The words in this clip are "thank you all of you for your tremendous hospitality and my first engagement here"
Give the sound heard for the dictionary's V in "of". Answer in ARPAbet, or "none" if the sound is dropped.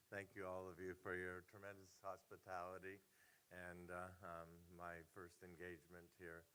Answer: V